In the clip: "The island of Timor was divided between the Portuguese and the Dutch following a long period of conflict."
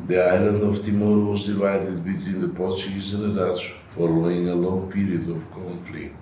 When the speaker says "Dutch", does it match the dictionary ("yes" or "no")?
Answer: no